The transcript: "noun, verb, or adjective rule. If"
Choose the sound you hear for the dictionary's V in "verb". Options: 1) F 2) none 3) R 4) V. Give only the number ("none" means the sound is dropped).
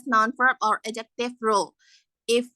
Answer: 1